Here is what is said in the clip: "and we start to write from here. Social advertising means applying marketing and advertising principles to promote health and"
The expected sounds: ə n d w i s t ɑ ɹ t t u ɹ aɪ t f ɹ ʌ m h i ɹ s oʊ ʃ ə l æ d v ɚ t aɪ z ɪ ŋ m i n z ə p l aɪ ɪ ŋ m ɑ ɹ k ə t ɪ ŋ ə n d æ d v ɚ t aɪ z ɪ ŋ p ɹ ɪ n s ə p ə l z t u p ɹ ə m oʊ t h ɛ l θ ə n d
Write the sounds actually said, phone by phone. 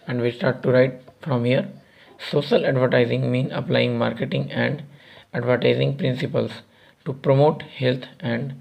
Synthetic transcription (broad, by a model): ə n d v i s t ɑ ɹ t t u ɹ aɪ t f ɹ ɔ m h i ɹ s oʊ ʃ ə l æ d v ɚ t aɪ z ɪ ŋ m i n ə p l aɪ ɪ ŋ m ɑ ɹ k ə t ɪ ŋ ə n d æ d v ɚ t aɪ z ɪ ŋ p ɹ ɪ n s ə p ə l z t u p ɹ ə m oʊ t h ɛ l t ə n d